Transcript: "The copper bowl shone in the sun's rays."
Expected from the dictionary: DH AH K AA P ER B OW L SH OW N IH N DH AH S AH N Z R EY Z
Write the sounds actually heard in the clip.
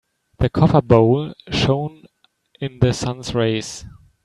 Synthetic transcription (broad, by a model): DH AH K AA F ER B OW L SH OW N IH N DH AH S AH N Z R EY S